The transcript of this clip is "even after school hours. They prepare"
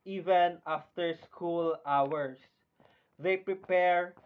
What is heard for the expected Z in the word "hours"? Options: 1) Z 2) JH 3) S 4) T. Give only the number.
3